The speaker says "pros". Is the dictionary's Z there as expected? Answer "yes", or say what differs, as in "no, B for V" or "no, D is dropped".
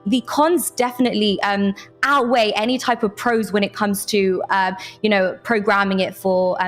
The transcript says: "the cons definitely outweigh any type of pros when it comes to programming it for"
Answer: yes